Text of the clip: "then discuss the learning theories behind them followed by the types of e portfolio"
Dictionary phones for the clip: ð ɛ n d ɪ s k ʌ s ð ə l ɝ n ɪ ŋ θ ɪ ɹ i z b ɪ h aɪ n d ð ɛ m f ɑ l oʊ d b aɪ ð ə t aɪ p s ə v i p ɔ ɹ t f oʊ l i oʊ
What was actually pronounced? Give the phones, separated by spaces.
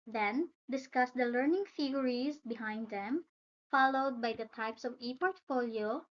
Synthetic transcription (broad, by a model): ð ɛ n d ɪ s k ʌ s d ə l ɝ n ɪ ŋ f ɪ ɹ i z b ɪ h aɪ n d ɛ m f ɑ l oʊ d b aɪ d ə t aɪ p s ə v i p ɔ ɹ t f oʊ l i oʊ